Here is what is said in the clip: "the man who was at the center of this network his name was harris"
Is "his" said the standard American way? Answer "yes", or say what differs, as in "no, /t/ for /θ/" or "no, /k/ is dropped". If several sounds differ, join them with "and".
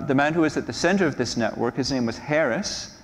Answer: yes